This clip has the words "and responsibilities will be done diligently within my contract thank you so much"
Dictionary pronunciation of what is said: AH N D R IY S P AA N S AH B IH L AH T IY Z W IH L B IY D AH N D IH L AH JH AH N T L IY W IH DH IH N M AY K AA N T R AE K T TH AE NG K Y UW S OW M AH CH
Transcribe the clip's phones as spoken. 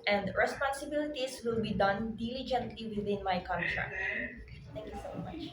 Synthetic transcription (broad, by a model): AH N D R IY S P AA N S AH B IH L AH T IY S W IH L B IY D AH N D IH L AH JH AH N T L IY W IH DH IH N M AY K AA N T R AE K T T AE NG K Y UW S OW M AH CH